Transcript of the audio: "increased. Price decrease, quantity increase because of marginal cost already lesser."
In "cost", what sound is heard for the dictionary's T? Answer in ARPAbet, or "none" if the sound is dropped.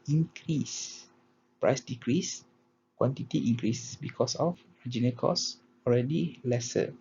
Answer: none